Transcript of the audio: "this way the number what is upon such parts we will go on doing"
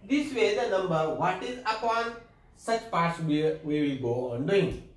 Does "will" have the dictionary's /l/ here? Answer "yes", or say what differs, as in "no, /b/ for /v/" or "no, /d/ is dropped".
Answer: no, /w/ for /l/